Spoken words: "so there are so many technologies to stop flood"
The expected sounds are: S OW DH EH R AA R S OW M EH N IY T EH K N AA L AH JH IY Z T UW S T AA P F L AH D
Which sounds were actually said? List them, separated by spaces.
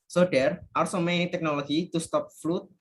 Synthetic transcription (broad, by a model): S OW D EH R AA R S OW M EH N IY T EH K N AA L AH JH IY T UW S T AA P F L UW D